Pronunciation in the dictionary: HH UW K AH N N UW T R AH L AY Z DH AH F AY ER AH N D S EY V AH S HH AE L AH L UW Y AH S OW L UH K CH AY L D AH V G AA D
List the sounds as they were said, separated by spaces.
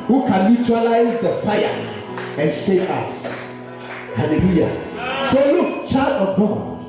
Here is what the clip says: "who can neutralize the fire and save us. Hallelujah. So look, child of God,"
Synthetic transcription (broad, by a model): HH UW K AH N L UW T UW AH L AY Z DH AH F AY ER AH N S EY AH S HH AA L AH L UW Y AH S OW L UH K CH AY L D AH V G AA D